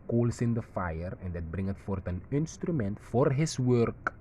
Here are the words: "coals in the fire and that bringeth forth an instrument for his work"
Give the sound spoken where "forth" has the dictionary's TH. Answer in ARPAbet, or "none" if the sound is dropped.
T